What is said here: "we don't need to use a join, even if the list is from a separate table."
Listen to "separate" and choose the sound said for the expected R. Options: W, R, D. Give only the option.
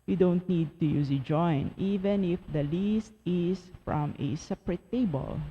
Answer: R